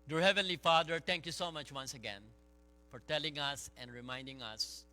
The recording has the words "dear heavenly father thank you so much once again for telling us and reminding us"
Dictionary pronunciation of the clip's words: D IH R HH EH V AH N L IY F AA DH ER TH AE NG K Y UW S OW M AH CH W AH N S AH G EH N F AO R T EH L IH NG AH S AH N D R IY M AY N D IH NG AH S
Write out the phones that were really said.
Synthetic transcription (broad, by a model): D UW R HH EH V AH N L IY F AA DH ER T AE NG K Y UW S OW M AH CH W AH N S AH G EH N F AO R T EH L IH NG AH S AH N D R IY M AY N D IH NG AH S